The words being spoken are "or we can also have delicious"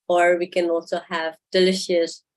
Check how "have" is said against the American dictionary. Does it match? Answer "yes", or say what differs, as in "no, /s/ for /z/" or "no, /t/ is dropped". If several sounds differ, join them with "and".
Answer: yes